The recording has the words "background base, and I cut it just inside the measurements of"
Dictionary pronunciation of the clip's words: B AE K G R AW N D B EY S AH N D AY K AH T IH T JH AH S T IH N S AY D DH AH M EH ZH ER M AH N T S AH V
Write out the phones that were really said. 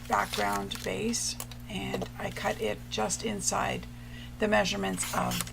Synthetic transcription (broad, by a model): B AE K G R AW N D B EY S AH N AY K AH T IH T JH AH S T IH N S AY D DH AH M EH ZH ER M AH N T S AH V